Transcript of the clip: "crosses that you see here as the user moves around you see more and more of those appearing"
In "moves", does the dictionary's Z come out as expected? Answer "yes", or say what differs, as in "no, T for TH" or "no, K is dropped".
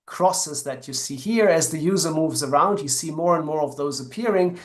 yes